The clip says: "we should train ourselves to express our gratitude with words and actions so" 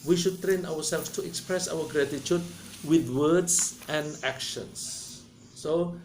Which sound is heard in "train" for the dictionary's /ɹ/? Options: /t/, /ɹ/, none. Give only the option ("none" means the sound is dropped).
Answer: /ɹ/